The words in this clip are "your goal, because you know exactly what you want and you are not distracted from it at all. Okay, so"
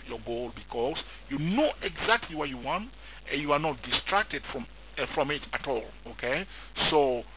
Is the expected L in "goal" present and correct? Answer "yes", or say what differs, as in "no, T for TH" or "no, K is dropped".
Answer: yes